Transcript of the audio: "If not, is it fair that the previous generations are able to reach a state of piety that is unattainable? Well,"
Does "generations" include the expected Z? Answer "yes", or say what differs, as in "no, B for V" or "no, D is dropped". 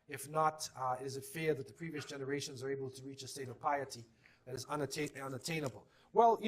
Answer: yes